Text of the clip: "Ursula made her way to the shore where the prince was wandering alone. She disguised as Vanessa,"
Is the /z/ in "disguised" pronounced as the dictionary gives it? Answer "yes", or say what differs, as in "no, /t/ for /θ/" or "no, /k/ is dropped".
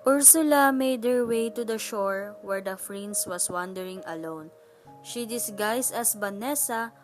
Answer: no, /s/ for /z/